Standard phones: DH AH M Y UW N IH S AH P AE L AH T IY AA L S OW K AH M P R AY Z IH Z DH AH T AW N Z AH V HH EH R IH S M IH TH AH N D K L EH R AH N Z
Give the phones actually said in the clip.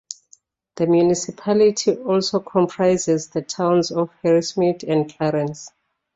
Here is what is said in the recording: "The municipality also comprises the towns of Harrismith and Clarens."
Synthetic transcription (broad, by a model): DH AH M Y UW N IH S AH P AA L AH T IY AA L S OW K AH M P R AY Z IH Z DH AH T AW N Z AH F HH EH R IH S M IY T AH N D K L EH R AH N S